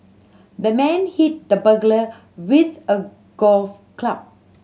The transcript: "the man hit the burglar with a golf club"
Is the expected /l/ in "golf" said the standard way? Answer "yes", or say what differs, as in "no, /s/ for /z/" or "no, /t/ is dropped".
yes